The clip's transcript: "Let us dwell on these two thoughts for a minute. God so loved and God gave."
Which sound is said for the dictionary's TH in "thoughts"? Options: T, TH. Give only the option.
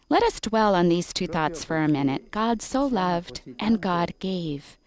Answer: TH